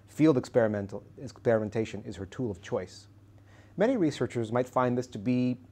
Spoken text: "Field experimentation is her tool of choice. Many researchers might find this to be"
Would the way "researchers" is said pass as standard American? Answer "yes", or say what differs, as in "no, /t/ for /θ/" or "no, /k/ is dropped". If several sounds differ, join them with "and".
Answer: yes